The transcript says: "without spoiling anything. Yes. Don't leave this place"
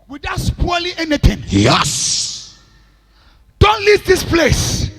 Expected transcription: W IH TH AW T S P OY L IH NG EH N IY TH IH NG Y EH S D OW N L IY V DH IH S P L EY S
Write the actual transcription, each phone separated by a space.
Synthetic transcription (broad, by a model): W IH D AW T S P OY L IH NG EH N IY T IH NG Y EH S D OW N L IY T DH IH S P L EY S